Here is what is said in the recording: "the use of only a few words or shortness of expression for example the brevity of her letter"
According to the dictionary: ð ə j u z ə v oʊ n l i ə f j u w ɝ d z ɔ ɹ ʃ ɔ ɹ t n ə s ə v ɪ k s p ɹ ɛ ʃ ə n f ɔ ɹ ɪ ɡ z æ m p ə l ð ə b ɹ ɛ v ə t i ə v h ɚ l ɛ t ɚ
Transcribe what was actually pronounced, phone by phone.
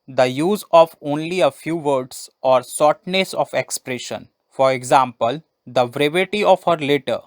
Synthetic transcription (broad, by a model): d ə j u z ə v oʊ n l i ə f j u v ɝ d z ɔ ɹ s ɔ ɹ t n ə s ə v ɪ k s p ɹ ɛ ʃ ə n f ɔ ɹ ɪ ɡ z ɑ m p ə l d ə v ɹ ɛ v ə t i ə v h ɚ l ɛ t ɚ